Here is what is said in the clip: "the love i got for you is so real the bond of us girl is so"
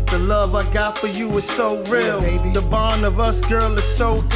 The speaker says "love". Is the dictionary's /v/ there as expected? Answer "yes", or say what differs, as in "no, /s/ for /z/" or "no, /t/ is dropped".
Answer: yes